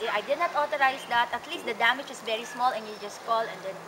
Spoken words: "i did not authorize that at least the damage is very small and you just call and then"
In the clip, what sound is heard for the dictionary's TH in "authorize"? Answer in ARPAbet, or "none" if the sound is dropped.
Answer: T